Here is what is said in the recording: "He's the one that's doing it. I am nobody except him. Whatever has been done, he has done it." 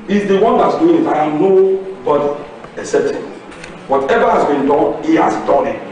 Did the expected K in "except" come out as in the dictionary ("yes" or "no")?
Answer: no